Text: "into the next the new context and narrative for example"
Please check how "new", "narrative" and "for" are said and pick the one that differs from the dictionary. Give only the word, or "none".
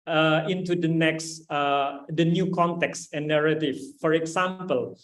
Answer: narrative